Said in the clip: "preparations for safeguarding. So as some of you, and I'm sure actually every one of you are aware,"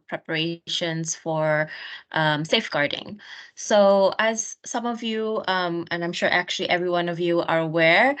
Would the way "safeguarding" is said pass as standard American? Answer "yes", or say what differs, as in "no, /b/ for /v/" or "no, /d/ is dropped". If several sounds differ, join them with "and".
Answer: yes